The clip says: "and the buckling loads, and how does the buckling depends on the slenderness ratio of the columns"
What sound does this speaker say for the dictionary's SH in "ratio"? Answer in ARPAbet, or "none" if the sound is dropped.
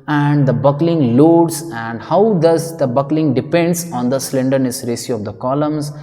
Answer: S